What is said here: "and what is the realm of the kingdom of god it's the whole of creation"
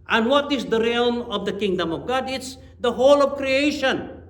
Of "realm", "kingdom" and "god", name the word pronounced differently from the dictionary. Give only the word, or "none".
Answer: none